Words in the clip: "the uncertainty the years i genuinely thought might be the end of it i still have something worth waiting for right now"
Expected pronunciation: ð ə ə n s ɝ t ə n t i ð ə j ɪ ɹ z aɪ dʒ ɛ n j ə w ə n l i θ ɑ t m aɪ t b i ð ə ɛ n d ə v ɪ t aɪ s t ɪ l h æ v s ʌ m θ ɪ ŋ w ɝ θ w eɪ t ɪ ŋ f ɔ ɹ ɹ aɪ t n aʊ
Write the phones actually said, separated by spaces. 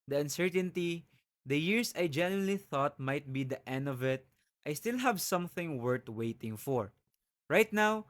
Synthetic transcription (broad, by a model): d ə ə n s ɝ t ə n t i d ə j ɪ ɹ s aɪ dʒ ɛ n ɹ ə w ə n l i θ ɑ t m aɪ t b i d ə ɛ n d ə v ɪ t aɪ s t ɪ l h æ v s ʌ m θ ɪ ŋ w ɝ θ w eɪ t ɪ ŋ f ɔ ɹ ɹ aɪ t n aʊ